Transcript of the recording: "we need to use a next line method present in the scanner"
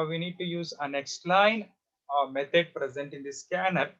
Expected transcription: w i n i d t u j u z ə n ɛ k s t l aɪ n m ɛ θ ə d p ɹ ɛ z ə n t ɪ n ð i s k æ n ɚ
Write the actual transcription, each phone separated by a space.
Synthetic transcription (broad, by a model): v i n i d t u j u z ə n ɛ k s t l aɪ n m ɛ t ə d p ɹ ɛ z ə n t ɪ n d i s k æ n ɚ